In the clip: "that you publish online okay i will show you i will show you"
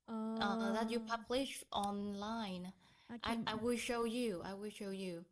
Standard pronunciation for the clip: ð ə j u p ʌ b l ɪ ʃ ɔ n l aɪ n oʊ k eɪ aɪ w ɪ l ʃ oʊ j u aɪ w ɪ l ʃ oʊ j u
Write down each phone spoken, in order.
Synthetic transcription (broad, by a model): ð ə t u p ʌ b l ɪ ʃ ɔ n l aɪ n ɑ ɪ aɪ w ɪ l ʃ oʊ j u aɪ w ɪ l ʃ oʊ j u